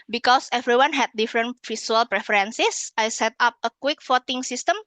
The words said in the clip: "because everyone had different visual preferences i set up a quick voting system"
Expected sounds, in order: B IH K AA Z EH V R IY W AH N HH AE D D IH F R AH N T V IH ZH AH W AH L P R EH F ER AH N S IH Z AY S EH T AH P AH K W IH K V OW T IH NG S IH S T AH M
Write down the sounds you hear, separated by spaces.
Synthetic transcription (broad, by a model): B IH K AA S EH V R IY W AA N HH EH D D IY F R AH N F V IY S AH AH L P R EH F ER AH N S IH S AY S EH T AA P AH K W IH K F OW T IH NG S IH S T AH M